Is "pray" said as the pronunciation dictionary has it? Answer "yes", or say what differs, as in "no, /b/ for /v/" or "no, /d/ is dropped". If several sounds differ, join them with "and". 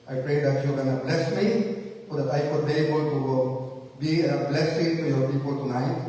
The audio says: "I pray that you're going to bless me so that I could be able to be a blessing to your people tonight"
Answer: yes